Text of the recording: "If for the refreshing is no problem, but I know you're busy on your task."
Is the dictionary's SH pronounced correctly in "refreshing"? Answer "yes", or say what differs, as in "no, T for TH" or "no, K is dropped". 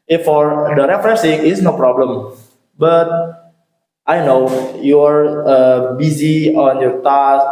no, S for SH